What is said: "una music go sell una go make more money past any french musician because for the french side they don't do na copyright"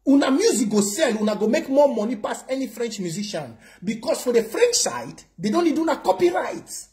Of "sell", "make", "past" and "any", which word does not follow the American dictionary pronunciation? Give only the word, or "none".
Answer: past